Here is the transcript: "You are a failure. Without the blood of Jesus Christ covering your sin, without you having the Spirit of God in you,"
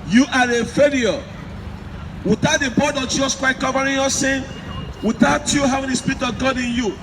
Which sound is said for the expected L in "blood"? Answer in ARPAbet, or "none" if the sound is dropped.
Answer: none